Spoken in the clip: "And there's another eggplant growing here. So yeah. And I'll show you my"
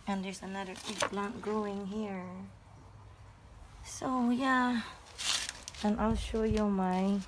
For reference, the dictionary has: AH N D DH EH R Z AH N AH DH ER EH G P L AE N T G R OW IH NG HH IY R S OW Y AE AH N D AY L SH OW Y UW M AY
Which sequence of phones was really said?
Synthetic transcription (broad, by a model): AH N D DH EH R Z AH N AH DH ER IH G B L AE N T G R OW IH NG HH IY R S OW Y AE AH N AY L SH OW Y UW M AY